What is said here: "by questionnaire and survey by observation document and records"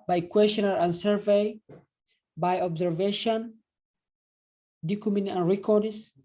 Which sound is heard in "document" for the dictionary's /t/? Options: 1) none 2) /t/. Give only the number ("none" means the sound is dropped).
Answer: 1